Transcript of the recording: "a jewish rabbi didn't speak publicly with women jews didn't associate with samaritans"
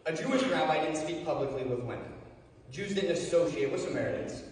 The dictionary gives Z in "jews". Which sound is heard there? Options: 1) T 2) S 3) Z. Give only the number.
3